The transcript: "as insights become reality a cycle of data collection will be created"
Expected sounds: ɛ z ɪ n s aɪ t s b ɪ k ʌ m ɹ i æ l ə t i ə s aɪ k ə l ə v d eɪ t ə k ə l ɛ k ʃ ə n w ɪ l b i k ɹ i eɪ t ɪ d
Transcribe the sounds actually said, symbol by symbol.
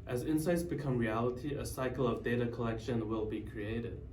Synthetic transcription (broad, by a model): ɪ z ɪ n s aɪ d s b ɪ k ʌ m ɹ i æ l ə t i ə s aɪ k l ə v d eɪ t ə k ə l ɛ k ʃ ə n w ɪ l b i k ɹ i eɪ t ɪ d